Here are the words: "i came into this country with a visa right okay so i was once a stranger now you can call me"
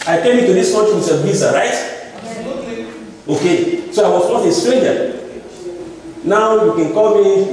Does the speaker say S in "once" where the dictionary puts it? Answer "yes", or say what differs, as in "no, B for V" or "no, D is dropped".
no, S is dropped